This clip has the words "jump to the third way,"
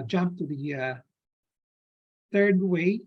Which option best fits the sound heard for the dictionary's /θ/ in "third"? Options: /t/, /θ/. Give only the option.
/θ/